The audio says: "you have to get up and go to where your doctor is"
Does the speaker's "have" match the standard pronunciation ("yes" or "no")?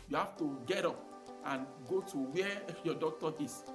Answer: no